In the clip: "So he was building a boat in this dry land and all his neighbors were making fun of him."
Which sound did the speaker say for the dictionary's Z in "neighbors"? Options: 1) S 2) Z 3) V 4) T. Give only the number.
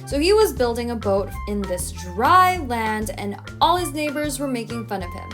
2